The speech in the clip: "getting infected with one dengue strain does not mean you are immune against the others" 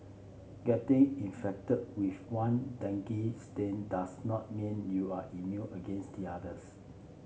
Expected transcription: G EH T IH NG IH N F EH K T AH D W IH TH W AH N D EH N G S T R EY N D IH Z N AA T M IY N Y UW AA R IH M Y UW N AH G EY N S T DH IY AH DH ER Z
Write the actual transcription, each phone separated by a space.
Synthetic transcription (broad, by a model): G EH T IH NG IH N F EH K T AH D W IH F W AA N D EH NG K S T EY N D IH S N AA T M IY N Y UW AA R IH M Y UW AH G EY N S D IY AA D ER S